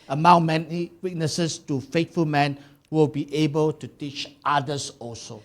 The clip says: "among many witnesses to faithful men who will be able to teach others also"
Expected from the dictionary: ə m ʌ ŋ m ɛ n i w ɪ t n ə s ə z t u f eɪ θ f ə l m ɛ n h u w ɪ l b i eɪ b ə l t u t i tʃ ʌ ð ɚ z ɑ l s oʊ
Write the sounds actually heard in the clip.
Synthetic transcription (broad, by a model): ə m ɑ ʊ m ɛ n i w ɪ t n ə s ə s t u f eɪ t f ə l m ɛ n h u w ɪ l b i eɪ b ə l t u t i tʃ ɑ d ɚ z ɑ l s oʊ